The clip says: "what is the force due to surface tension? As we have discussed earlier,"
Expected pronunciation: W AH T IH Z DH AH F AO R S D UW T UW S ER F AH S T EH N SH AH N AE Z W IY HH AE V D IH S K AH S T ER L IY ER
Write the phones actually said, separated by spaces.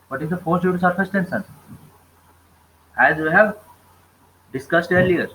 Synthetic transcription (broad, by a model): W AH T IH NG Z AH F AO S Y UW T UW S ER F AH S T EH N S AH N AE Z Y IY HH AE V D IH S K AH S T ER L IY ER